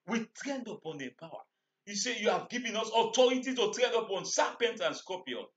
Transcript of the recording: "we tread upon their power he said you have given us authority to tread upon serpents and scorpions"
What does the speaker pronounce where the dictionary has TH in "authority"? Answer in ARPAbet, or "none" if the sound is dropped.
T